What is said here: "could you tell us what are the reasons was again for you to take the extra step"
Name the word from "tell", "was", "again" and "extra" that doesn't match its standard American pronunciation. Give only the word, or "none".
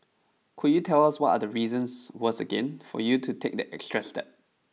was